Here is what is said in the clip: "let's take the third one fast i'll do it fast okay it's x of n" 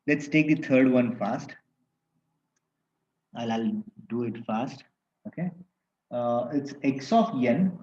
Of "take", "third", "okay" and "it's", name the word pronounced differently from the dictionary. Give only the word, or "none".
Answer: third